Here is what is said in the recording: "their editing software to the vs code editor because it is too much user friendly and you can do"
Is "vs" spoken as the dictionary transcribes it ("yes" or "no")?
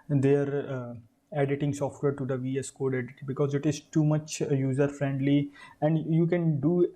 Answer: yes